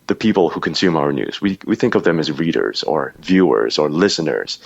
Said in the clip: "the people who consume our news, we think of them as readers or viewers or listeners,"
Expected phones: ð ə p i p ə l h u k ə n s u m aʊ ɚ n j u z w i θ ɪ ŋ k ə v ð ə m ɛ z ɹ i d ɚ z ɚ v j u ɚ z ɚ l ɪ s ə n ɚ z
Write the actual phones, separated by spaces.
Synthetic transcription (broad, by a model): ð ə p i p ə l h u k ə n s u m aʊ ɚ n j u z w i θ ɪ ŋ k ə v ð ə m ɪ z ɹ i d ɚ z ɚ v j u ɚ z ɚ l ɪ s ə n ɚ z